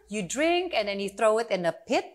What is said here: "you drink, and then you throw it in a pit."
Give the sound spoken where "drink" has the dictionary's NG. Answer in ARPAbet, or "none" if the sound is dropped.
NG